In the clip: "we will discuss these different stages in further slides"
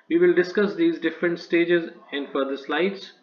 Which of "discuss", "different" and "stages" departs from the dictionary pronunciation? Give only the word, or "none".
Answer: none